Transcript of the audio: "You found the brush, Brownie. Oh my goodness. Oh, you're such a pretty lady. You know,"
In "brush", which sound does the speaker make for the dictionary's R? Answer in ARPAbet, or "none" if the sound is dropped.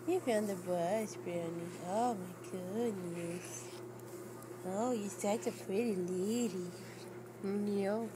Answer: none